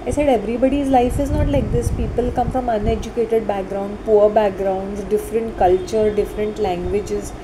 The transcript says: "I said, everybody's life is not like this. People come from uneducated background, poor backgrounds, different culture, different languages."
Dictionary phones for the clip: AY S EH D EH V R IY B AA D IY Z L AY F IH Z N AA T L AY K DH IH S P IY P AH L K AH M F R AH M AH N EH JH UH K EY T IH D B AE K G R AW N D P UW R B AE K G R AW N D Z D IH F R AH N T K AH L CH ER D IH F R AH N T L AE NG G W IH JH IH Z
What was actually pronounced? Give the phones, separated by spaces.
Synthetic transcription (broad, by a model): AY S EH D EH V R IY B AA D IY Z L AY F IH Z N AA T L AY K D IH S P IY P AH L K AH M F R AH M AH N EH JH UH K EY T IH D B AE K G R AW N D P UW R B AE K G R AW N D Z D IH F R AH N T K AH L CH ER D IH F R AH N T L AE NG G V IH JH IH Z